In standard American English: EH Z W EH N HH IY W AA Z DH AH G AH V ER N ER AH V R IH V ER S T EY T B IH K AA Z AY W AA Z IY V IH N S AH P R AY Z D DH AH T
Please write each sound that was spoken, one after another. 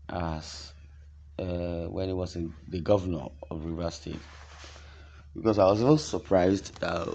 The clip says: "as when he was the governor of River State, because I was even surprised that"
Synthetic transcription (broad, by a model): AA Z W EH N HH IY W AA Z DH AH G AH V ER N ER AH V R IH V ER S T EY T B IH K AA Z AY W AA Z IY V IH L S AH P R AY Z D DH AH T